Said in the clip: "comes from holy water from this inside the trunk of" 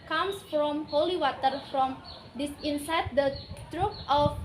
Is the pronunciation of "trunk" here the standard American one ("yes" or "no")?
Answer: no